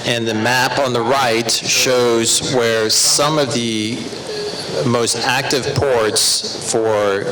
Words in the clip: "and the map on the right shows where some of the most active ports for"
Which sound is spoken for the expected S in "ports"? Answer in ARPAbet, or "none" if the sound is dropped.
S